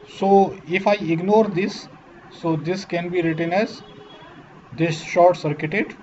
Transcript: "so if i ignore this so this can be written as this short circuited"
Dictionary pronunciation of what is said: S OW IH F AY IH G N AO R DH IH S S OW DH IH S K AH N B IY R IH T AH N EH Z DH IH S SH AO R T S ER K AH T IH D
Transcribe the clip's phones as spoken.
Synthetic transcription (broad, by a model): S OW IH F AY IH G N AO R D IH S S OW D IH S K AH N B IY R IH T AH N EH Z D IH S SH AO R T S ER K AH T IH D